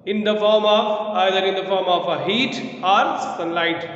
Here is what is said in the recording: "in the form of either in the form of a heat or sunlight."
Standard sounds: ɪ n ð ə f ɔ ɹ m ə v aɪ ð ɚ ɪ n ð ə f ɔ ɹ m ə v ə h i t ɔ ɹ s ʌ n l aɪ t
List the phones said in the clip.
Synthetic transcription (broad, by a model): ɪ n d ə f ɔ ɹ m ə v aɪ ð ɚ ɪ n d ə f ɔ ɹ m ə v ə h i t ɔ ɹ s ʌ n l aɪ t